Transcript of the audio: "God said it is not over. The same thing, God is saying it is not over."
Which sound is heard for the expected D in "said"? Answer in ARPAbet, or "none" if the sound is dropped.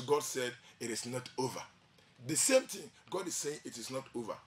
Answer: D